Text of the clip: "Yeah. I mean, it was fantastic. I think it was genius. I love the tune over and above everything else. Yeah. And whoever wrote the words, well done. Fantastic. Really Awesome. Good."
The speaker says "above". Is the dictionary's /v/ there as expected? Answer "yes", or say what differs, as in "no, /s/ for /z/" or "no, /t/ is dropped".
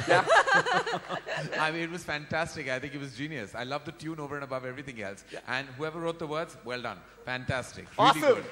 yes